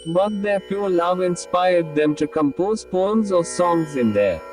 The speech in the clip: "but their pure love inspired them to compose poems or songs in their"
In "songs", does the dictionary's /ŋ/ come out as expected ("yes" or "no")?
yes